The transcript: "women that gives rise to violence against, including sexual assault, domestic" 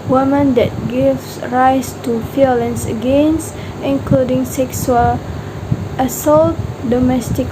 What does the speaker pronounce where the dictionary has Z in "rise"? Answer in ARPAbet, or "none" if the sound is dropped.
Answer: S